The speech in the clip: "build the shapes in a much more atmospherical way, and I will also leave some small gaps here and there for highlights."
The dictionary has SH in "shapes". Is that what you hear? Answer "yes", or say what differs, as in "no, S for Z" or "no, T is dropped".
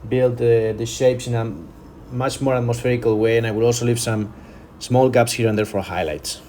yes